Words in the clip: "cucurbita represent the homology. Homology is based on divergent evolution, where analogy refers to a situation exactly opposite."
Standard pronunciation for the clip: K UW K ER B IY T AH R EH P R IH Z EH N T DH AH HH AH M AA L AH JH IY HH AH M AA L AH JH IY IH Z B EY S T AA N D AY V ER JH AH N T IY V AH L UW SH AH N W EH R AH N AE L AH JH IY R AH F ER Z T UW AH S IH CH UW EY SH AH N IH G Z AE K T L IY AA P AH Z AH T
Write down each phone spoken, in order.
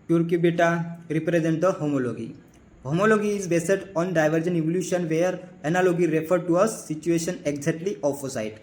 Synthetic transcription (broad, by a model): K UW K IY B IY T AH R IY P R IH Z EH N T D AH HH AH M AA L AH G IY HH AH M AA L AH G IY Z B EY S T AA N D AY V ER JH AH N IY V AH L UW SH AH N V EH R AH N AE L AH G IY R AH F ER T UW AH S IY CH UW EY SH AH N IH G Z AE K T L IY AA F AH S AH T